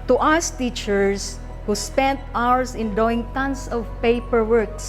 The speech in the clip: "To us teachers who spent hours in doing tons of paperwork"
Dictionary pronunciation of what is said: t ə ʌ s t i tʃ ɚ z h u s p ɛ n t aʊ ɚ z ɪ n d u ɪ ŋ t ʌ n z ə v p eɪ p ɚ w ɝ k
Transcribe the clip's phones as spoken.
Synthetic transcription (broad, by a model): t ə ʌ s t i tʃ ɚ s h u s p ɛ n t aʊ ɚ s ɪ n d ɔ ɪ ŋ t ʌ n s ə v p eɪ p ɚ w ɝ k